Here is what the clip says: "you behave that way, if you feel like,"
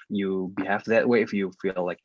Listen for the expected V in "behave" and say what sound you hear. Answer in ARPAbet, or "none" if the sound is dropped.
F